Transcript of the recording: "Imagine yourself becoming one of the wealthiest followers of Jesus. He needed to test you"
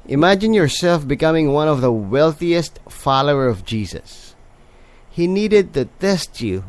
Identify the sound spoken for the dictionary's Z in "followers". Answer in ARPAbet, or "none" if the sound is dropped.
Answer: none